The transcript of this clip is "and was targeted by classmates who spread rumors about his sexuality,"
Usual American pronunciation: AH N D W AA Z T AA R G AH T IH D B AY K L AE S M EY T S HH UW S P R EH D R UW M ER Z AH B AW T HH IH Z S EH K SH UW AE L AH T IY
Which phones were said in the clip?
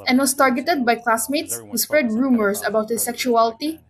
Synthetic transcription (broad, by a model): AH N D W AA S T AA R G AH T IH D B AY K L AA S M EY T S HH UW S P R EH D R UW M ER S AH B AW T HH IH S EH K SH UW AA L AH T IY